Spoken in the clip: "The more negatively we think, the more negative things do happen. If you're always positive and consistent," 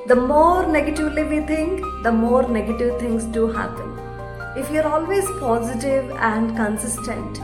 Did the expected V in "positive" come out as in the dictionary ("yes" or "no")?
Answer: yes